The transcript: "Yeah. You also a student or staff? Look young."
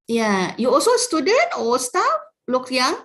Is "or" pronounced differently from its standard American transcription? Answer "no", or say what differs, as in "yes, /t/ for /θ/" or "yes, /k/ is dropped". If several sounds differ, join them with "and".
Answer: yes, /l/ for /ɹ/